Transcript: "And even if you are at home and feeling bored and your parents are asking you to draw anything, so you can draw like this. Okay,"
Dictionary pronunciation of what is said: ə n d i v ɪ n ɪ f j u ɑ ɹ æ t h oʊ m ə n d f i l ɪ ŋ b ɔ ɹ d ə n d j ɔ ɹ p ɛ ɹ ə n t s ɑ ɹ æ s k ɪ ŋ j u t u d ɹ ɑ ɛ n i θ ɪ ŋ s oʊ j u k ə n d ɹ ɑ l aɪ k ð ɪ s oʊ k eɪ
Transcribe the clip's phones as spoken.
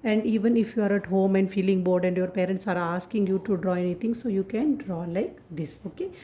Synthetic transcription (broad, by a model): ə n d i v ɪ n ɪ f j u ɑ ɹ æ t h oʊ m ə n d f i l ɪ ŋ b ɔ ɹ d ə n d j ɔ ɹ p ɛ ɹ ə n t s ɑ ɹ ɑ s k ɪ ŋ j u t u d ɹ ɑ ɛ n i t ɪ ŋ s oʊ j u k ə n d ɹ ɑ l aɪ k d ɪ s oʊ k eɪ